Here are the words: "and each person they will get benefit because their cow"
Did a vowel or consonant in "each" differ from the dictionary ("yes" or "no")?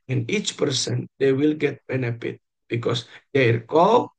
no